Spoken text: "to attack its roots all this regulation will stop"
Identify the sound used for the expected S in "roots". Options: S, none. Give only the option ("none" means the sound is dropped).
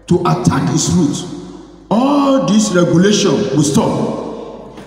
none